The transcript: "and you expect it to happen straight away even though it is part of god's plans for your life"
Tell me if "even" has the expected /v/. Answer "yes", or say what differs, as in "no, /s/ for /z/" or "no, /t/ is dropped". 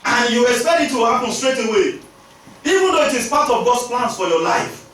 yes